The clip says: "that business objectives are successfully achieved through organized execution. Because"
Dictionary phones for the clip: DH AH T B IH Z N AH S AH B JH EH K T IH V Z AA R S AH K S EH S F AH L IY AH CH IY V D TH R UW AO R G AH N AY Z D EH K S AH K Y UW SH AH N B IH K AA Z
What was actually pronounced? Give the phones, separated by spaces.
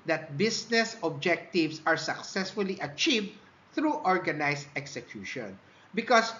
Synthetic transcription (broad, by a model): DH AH T B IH S N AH S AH B JH EH K T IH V S AA R S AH K S EH S F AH L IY AH CH IY V D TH R UW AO R G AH N AY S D EH K S AH K Y UW SH AH N B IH K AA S